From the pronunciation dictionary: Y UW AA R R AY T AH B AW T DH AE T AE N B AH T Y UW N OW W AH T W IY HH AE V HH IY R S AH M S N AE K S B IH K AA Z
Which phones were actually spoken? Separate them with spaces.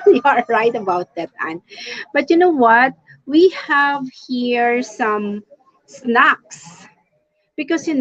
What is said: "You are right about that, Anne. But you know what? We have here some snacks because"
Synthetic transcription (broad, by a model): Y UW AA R R AY T AH B AW T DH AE T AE N B AH T Y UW N OW W AH T W IY HH AE V HH IY R S AH M S N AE K S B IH K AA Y